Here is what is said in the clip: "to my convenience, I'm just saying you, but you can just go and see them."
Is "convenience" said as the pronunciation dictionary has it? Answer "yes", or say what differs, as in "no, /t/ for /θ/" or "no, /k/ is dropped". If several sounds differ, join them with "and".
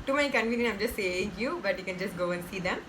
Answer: no, /s/ is dropped